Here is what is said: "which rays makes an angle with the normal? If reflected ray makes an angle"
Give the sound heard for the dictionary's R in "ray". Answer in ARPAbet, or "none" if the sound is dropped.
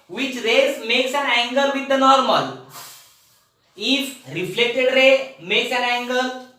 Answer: R